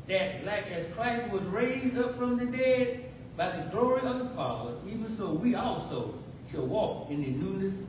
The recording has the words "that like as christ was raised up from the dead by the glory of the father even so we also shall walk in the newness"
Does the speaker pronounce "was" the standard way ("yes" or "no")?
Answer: yes